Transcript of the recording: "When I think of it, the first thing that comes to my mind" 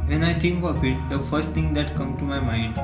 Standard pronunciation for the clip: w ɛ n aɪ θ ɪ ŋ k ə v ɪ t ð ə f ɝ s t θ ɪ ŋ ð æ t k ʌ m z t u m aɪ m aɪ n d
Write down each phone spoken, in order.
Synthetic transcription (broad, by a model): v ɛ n aɪ t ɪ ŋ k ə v ɪ t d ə f ɝ s t t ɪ ŋ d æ t k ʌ m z t u m aɪ m aɪ n d